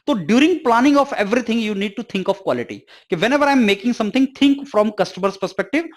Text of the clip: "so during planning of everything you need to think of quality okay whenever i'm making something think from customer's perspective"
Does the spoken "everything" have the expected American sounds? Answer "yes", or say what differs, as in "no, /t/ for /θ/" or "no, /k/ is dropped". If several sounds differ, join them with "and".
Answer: no, /t/ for /θ/